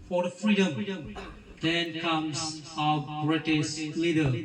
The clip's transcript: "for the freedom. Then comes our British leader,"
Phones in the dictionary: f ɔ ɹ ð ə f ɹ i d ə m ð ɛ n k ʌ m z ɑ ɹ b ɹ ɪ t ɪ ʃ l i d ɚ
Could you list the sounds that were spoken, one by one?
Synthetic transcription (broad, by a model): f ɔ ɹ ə f ɹ i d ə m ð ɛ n k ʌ m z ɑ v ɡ ɹ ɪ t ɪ s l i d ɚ